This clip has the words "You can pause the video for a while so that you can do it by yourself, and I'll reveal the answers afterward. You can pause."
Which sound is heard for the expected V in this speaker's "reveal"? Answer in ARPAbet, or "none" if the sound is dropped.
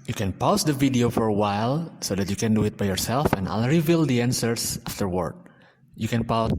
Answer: V